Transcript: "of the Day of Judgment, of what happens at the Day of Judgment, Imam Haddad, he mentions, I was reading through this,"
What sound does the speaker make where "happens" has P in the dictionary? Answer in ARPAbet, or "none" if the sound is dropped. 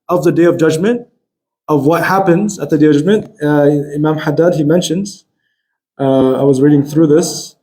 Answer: P